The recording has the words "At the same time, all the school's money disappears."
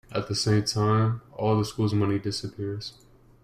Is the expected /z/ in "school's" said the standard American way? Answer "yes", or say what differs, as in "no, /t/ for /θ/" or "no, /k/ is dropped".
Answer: yes